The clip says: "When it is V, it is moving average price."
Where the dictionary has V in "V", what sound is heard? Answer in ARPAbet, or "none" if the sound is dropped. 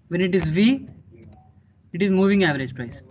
V